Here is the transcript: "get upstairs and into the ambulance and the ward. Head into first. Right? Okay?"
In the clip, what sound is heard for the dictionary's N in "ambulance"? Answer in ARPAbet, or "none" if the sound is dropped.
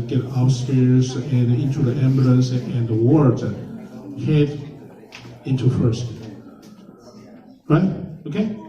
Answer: none